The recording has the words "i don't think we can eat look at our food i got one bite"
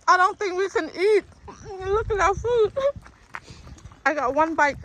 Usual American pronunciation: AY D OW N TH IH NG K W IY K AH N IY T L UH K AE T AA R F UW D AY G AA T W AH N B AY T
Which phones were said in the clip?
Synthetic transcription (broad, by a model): AY D OW N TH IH NG K W IY K AH N IY T L UH K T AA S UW AY G AA T W AH N B AY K